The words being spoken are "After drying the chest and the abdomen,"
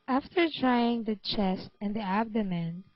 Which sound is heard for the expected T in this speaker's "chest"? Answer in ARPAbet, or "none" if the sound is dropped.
T